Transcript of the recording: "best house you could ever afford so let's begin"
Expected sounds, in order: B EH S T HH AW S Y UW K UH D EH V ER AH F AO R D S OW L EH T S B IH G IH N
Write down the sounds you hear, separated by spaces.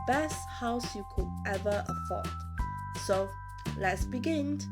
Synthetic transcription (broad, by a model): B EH S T HH AW S Y UW K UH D EH V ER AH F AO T S OW L EH T S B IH G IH N